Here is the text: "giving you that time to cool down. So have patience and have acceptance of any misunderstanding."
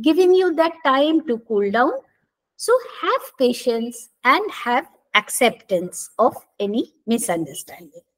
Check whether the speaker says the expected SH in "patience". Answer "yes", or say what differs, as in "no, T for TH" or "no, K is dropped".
yes